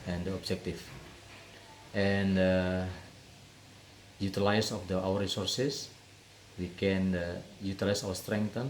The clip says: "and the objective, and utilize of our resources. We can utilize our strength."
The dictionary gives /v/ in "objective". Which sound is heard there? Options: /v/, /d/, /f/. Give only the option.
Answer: /f/